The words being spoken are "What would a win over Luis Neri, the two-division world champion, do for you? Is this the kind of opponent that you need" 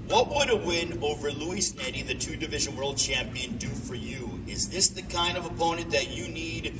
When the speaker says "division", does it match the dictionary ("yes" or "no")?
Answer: yes